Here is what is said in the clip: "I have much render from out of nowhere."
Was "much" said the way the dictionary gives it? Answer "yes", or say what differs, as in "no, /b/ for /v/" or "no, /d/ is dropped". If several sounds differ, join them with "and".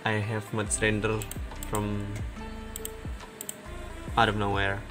no, /s/ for /tʃ/